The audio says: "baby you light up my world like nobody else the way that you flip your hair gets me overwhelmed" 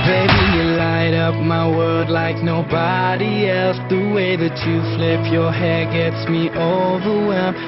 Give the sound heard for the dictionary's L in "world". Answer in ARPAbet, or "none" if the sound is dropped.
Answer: none